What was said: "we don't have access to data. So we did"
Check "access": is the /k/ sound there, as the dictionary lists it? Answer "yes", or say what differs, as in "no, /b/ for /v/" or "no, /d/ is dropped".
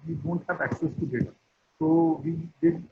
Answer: yes